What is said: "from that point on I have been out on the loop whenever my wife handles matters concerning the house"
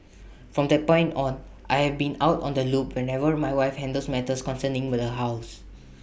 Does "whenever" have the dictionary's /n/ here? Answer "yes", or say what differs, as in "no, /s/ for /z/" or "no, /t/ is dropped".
yes